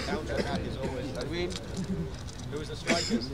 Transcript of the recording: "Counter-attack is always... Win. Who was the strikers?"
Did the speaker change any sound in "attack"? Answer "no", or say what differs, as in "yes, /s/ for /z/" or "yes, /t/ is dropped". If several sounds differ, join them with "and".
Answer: yes, /k/ is dropped